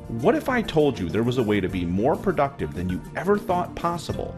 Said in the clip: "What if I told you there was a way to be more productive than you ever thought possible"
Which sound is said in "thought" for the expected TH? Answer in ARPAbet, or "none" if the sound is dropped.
TH